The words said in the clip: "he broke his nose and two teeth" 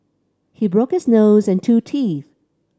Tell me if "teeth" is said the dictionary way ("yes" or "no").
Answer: yes